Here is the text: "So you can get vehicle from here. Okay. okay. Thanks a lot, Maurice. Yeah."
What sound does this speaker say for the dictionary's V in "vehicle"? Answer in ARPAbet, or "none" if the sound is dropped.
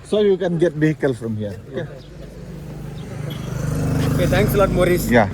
B